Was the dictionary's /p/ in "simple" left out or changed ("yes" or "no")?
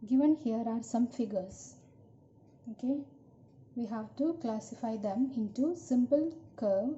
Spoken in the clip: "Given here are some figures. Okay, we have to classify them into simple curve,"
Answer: no